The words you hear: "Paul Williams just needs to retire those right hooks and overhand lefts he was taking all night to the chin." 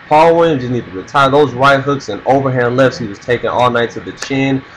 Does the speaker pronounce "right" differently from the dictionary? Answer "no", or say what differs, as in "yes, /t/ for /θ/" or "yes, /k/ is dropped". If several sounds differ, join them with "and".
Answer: yes, /w/ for /ɹ/